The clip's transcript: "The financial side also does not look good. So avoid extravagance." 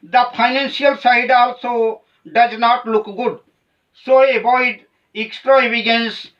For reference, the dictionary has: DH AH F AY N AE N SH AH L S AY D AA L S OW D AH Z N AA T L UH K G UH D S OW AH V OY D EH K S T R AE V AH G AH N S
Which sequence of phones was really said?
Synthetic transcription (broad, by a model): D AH P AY N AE N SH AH L S AY D AA L S OW D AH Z N AA T L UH K G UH D S OW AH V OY D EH K S T R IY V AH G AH N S